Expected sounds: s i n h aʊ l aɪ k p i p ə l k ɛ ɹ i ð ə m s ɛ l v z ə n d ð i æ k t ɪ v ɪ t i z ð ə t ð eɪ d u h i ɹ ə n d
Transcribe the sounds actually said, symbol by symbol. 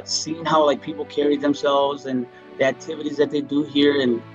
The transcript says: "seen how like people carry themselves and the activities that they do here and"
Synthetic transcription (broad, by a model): s i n h aʊ l aɪ k p i p l k ɛ ɹ i ð ə m s ɛ l v z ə n ð i æ k t ɪ v ɪ t i z ð ə t ð eɪ d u h i ɹ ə n